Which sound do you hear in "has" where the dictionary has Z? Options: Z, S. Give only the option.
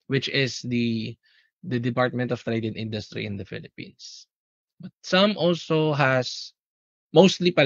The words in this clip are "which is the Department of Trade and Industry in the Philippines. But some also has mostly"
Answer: S